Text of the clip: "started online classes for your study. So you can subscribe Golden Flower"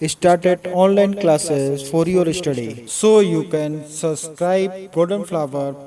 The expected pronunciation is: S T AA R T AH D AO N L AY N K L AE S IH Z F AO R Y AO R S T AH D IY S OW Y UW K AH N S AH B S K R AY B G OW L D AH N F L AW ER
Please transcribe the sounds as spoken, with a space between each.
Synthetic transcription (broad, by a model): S T AA R T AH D AO N L AY N K L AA S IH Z F AO R Y AO R S T AH D IY S OW Y UW K AH N S AH B S K R AY B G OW D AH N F L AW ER